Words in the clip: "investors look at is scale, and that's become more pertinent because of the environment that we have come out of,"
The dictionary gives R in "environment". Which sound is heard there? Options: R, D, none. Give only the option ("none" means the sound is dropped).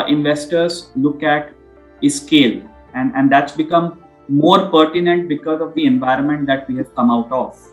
R